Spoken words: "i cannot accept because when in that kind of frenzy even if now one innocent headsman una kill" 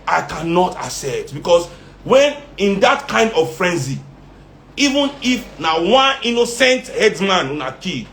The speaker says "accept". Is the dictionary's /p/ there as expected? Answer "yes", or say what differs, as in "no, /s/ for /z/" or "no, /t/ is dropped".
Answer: no, /p/ is dropped